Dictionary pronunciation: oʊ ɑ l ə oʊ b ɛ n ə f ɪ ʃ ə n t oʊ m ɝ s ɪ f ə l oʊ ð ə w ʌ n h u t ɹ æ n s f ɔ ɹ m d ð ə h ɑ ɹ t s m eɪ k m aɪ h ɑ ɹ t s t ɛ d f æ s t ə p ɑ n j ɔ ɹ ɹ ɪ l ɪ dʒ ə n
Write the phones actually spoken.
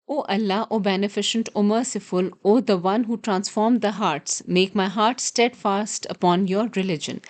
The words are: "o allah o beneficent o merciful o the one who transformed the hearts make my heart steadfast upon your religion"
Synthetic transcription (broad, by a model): oʊ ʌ l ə oʊ b ɛ n ə f ɪ ʃ ə n t oʊ m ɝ s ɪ f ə l oʊ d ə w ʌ n h u t ɹ æ n s f ɔ ɹ m d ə h ɑ ɹ t s m eɪ k m aɪ h ɑ ɹ t s t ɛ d f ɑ s t ə p ɑ n j ɔ ɹ ɹ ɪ l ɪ dʒ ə n